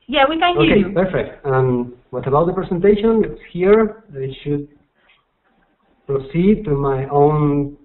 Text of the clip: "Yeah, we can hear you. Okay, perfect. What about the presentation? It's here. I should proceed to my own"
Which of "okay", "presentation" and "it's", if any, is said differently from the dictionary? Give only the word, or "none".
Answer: presentation